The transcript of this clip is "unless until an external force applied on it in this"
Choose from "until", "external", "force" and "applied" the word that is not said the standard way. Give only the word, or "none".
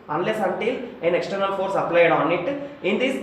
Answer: none